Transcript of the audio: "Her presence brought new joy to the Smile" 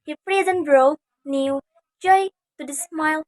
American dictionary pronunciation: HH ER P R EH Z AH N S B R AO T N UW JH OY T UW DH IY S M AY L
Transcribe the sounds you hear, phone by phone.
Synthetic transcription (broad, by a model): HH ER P R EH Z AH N B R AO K N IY JH OY T UW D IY S M AY L